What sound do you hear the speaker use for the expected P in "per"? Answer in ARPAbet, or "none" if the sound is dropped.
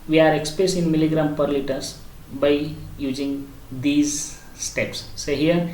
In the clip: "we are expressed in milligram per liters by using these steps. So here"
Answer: P